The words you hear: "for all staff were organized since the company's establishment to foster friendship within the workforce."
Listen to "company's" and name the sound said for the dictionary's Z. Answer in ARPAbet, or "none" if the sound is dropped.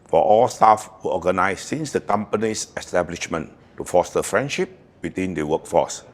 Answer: S